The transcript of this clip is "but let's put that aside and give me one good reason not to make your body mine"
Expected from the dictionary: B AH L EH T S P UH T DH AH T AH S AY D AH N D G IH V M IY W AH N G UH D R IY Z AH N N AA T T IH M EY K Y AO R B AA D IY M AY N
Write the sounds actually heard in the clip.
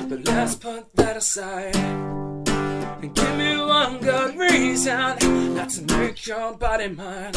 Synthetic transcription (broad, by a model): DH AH L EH S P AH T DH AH T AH S AY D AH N G IH V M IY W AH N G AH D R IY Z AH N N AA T S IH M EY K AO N B AA D IY M AY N